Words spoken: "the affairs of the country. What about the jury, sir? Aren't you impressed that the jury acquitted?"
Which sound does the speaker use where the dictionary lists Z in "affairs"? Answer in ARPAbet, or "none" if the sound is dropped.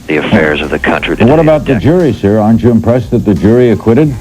Z